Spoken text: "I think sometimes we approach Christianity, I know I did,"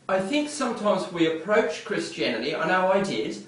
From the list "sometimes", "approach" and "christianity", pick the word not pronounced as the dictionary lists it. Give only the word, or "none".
none